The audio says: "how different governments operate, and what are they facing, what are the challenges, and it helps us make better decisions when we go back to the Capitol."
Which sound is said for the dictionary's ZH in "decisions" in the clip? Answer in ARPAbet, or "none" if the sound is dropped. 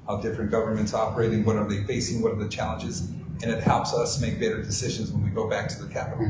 ZH